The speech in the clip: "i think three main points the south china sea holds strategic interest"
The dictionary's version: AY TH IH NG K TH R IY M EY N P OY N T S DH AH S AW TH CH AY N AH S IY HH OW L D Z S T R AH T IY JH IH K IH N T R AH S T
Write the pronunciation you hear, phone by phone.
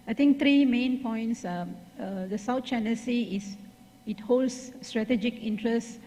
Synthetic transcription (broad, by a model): AY T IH NG K T R IY M EY N P OY N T S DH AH S AW T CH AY N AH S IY HH OW L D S T R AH T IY JH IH K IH N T R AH S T